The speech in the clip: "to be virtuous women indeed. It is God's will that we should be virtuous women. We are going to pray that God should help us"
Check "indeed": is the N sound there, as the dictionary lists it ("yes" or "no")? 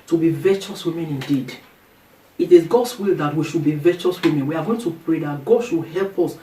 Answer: yes